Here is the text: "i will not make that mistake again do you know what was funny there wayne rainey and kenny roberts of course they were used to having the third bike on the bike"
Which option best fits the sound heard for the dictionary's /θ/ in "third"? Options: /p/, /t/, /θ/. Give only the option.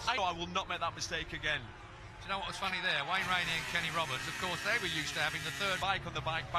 /θ/